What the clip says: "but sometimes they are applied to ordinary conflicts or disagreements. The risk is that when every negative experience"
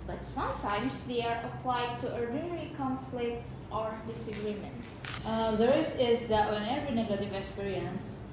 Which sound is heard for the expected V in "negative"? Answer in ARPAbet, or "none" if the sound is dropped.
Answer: V